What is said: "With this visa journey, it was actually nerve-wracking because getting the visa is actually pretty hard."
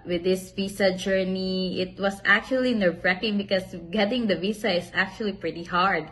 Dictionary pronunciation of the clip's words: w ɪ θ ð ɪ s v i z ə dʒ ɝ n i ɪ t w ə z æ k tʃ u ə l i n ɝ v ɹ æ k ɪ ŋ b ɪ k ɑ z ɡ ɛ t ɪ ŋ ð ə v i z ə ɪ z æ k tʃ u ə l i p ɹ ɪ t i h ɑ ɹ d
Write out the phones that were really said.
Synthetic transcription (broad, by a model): w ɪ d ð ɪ s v i s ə dʒ ɝ n i ɪ t w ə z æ k tʃ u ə l i n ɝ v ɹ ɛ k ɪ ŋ b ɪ k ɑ s ɡ ɛ t ɪ ŋ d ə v i s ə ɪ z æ k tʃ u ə l i p ɹ ɪ t i h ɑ ɹ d